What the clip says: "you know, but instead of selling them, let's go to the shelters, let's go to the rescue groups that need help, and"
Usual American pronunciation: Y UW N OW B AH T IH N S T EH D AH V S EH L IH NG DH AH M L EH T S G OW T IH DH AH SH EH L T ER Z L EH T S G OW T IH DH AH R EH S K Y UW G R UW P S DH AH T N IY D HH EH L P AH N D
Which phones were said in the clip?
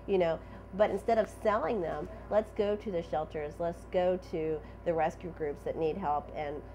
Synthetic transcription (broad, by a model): Y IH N OW B AH T IH N S T EH D AH V S EH L IH NG DH AH M L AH T S G OW T IH DH AH SH EH L T ER Z L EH T S G OW T IH DH AH R EH S K Y UW G R UW P S DH AH T N IY D HH EH L P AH N